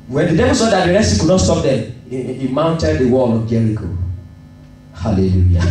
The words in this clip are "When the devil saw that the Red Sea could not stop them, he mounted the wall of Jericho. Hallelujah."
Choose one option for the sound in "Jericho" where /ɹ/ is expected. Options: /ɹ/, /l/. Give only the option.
/l/